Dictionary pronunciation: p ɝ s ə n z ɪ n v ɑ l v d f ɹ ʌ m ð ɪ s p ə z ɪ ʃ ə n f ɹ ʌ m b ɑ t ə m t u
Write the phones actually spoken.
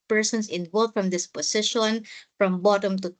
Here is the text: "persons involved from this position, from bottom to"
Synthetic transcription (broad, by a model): p ɝ s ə n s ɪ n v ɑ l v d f ɹ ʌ m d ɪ s p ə s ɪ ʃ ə n f ɹ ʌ m b ɑ t ə m t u